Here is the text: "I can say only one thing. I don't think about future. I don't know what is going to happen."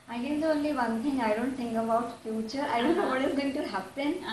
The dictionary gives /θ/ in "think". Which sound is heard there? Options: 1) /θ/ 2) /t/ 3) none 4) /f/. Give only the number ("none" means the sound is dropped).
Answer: 2